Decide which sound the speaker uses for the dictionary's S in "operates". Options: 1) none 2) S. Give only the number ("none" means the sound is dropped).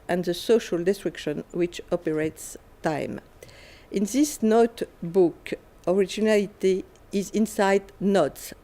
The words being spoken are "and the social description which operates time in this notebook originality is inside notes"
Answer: 2